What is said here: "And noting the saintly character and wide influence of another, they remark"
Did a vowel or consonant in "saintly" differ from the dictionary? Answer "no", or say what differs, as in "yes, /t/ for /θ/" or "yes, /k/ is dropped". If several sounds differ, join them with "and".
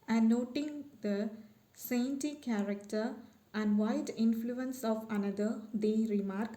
yes, /l/ is dropped